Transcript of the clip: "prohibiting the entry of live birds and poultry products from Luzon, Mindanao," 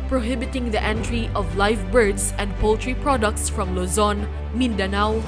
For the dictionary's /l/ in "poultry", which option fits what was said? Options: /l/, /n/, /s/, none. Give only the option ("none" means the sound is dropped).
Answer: /l/